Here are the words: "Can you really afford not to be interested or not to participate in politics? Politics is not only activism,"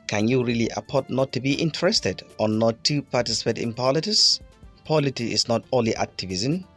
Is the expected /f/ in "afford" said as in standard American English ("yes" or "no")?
no